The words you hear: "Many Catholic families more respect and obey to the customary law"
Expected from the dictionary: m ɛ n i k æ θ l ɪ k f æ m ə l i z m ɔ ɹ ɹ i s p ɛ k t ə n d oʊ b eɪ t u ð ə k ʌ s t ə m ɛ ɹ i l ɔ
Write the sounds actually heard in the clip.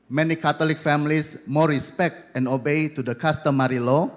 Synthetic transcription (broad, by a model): m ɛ n i k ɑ t l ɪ k f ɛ m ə l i s m ɔ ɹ ɹ i s p ɛ k t ə n d oʊ b eɪ t u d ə k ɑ s t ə m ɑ ɹ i l ɔ